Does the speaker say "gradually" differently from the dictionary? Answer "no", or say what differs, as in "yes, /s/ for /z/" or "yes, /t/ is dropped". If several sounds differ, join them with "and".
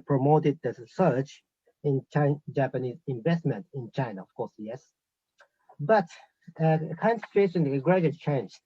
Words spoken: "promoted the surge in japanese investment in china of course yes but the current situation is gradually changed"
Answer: yes, /dʒ/ is dropped